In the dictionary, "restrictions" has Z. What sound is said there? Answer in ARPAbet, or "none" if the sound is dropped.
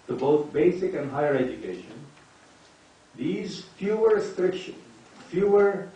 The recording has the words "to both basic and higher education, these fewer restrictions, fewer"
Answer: none